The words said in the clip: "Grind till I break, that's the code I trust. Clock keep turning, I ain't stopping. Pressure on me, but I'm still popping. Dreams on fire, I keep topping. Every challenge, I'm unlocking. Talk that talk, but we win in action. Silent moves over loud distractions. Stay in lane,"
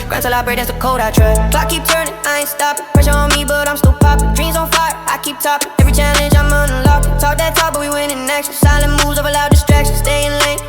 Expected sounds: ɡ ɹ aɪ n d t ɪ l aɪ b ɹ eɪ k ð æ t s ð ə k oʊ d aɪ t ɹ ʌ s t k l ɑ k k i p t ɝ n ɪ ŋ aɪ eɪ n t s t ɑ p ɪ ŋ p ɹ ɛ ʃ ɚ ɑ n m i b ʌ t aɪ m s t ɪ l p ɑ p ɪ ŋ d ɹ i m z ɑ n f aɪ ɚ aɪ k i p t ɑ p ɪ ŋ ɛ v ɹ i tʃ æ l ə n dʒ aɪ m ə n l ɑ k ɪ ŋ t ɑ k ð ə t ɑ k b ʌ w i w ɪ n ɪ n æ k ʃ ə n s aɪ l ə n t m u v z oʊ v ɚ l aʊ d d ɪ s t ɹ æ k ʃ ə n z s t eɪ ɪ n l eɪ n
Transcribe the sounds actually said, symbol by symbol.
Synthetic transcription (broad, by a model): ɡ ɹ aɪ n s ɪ l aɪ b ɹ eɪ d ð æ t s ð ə k oʊ d aɪ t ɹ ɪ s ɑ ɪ k i p t ɝ n ɪ ŋ aɪ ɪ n s t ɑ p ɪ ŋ p ɹ ɛ ʃ ɚ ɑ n m i b ʌ t aɪ m s t ɪ l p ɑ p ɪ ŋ d ɹ i m z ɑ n f aɪ ɚ aɪ k i p t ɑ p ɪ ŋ ɛ v ɹ i tʃ æ l ə n dʒ aɪ m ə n l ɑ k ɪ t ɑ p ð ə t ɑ b ʌ w i w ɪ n ɪ n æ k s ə s aɪ l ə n m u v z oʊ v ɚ l aʊ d d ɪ s t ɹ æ k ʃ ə n s t eɪ ɪ n l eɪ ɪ